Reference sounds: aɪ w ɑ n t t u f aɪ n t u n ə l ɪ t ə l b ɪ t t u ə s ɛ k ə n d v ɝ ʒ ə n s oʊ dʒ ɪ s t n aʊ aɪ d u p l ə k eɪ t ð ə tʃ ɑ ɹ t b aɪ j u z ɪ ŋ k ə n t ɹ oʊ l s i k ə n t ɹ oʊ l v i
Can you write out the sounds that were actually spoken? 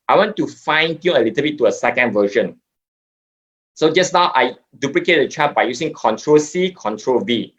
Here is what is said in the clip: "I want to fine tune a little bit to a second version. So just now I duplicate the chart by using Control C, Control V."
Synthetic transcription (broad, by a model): aɪ w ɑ n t t u f aɪ n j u ə l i t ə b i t t u ə s ɛ k ə n d v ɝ ʃ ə n s oʊ dʒ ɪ s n aʊ aɪ d u p l ə k eɪ t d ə tʃ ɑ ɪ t b aɪ j u s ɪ ŋ k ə n t ɹ oʊ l s i k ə n t ɹ oʊ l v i